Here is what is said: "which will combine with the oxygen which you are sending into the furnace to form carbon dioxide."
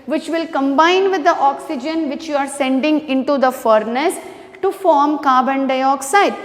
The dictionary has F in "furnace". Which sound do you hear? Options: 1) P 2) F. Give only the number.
2